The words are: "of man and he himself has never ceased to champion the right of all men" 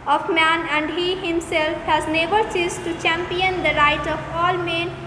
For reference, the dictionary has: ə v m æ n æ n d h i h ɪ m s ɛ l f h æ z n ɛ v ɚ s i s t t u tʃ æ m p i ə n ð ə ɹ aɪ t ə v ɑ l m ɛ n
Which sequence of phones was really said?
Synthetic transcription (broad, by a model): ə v m æ n æ n d h i h ɪ m s ɛ l f h æ z n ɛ b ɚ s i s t t u tʃ æ m p i ə n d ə ɹ aɪ t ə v ɑ l m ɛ n